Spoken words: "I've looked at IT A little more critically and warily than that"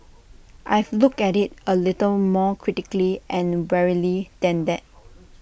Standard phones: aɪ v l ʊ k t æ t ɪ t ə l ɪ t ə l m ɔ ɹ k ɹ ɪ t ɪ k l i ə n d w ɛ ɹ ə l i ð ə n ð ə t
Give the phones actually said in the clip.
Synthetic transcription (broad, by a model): aɪ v l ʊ k ɛ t ɪ t ə l ɪ t ə l m ɔ k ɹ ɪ t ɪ k l i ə n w ɛ ɹ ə l i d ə n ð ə t